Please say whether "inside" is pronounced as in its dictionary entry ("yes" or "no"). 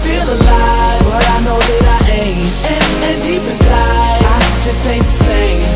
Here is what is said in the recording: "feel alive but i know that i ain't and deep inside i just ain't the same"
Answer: no